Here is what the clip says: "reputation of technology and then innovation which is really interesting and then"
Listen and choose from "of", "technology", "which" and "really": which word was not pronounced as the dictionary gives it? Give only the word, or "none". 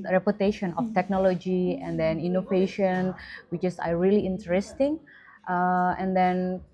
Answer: of